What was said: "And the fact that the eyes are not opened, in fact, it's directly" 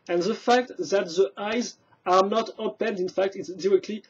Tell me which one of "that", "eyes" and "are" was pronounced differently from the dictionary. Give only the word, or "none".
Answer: none